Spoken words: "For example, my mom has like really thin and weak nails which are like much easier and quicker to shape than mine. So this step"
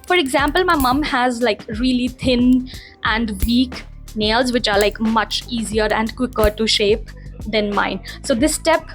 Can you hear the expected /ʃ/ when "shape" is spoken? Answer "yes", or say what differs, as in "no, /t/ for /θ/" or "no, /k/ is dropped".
yes